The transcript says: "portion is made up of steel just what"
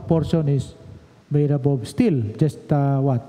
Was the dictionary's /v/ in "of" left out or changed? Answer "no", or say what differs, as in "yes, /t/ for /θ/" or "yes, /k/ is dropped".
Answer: yes, /b/ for /v/